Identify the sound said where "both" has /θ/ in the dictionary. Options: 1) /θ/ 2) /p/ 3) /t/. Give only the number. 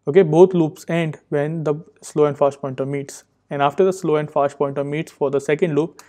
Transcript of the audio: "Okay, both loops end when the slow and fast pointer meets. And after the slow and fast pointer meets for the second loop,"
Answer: 3